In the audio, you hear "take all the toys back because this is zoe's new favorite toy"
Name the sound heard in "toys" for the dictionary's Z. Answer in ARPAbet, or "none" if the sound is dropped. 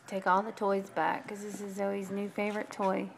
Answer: Z